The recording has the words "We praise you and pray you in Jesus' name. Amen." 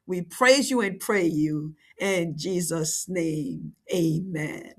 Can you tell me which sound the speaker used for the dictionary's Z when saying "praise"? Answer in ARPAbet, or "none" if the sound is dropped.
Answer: Z